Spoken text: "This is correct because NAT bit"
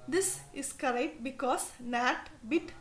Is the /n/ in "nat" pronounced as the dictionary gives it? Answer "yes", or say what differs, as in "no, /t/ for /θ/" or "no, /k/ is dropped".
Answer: yes